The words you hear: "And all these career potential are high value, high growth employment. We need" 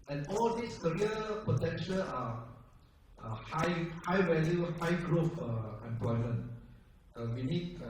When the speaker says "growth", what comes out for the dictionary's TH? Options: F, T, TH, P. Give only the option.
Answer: F